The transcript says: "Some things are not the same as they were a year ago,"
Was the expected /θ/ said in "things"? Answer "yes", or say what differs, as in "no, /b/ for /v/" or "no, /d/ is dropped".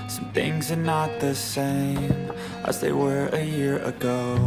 yes